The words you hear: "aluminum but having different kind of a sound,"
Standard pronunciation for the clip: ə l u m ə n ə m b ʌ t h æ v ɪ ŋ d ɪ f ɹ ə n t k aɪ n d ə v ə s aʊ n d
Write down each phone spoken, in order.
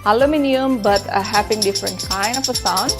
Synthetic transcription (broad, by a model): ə l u m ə n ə m b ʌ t h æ p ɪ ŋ d ɪ f ɹ ə n t k aɪ n d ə f ə s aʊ n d